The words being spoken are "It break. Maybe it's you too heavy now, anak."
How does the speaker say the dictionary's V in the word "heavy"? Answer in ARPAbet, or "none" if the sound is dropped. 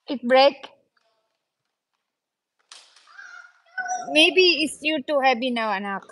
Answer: B